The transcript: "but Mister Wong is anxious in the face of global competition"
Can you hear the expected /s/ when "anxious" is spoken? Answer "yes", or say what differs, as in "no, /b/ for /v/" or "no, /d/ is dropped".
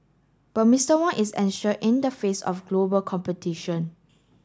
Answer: no, /s/ is dropped